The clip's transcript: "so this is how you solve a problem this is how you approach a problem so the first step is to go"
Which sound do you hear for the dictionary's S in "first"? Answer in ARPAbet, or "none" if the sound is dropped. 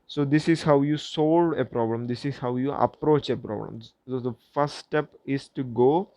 none